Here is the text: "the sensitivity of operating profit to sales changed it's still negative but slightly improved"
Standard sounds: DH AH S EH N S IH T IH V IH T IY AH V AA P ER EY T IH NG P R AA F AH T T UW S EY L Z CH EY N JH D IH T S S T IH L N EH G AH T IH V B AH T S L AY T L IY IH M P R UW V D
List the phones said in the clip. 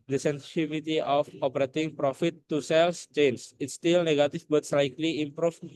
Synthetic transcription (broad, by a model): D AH S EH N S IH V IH T IY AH F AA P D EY T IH NG P R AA F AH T T UW S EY L S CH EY N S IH T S S T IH L N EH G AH T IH F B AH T S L AY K L IY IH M P R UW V